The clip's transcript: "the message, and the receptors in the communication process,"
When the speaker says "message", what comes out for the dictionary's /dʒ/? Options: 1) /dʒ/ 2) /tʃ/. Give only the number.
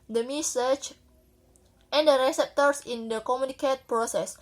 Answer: 2